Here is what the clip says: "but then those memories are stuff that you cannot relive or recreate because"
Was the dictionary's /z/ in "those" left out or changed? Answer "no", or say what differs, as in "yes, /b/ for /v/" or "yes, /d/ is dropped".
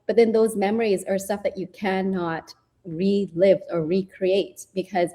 no